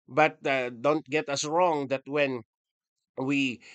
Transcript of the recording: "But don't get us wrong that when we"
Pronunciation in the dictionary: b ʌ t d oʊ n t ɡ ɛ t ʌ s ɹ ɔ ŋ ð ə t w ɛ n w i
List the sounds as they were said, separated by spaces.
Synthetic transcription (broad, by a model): b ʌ t d oʊ n t ɡ ɛ t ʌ s ɹ ɔ ŋ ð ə t w ɛ n w i